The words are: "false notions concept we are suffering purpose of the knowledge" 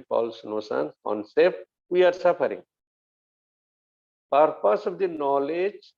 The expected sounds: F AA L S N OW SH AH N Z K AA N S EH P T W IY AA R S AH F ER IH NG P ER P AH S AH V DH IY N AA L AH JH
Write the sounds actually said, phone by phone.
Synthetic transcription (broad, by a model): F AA L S N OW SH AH N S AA N S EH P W IY AA R S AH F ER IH NG P ER P AH S AH V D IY N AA L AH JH